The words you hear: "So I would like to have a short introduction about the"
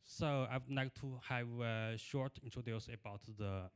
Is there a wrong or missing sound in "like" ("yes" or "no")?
yes